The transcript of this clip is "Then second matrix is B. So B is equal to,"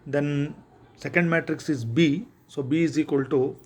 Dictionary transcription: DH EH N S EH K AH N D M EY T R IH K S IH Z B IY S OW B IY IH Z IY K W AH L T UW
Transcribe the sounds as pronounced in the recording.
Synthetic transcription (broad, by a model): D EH N S EH K AH N D M EY T R IH K S IH Z B IY S OW B IY IH Z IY K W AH L T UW